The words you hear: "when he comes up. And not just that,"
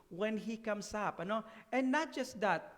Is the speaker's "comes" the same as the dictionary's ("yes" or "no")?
no